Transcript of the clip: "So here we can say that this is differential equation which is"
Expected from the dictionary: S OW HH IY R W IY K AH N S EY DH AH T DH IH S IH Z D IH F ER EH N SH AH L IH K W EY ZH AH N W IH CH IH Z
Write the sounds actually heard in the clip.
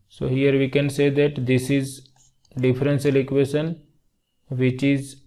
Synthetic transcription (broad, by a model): S OW HH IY R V IY K AH N S EY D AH T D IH S IH Z D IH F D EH N S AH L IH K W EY SH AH N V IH CH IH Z